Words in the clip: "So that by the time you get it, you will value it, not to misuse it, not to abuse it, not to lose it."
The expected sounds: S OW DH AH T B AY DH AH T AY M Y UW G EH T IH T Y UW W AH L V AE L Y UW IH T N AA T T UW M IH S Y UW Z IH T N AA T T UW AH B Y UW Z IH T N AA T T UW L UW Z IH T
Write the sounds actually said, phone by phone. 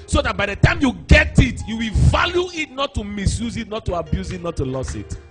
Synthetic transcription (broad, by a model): S OW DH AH T B AY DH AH T AY M Y UW G EH T IH T Y UW W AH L V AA L Y UW IH T N AA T T UW M IH S Y UW Z IH T N AA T T UW AH B Y UW Z IH T N AA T T UW L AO S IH T